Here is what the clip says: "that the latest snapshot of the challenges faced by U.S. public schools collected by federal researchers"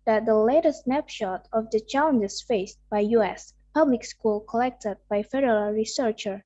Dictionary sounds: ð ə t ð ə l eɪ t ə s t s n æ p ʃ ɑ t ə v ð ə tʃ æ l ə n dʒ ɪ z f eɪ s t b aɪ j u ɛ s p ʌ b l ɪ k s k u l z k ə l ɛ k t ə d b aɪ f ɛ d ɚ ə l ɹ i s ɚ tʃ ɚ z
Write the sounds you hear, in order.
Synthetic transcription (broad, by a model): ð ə t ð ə l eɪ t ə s s n æ p ʃ ɑ t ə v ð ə tʃ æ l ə n dʒ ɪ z f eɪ s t b aɪ j u ɛ s p ʌ b l ɪ k s k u l k ə l ɛ k t ə d b aɪ f ɛ d ɚ ə l ɹ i s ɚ tʃ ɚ